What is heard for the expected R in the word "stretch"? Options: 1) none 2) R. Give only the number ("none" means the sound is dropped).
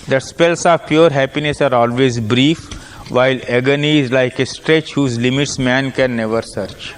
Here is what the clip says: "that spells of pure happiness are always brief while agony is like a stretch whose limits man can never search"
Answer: 2